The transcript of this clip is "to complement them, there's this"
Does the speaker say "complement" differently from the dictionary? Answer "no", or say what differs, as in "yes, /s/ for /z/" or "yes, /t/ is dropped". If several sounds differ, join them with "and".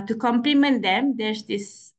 no